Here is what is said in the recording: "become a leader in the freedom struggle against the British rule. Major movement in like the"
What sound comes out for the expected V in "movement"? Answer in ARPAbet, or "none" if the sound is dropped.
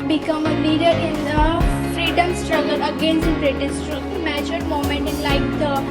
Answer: none